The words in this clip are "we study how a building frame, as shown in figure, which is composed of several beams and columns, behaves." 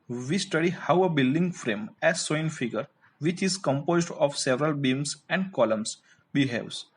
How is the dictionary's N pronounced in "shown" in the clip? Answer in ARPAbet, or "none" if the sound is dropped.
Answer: none